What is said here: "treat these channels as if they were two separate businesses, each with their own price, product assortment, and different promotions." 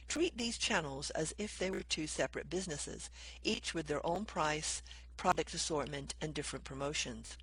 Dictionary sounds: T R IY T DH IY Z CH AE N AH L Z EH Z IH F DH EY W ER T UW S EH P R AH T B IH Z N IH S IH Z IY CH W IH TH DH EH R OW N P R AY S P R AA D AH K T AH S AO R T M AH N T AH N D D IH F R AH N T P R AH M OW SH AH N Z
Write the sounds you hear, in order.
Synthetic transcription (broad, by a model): T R IY T DH IY Z CH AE N L Z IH Z IH F DH EY W ER T UW S EH P R AH T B IH Z N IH S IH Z IY CH W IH DH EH R OW N P R AY S P R AA D AH K T AH S AO R T M AH N T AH N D D IH F R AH N P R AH M OW SH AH N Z